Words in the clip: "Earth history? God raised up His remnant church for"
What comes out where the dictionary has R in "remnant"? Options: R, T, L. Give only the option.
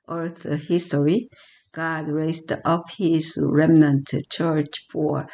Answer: R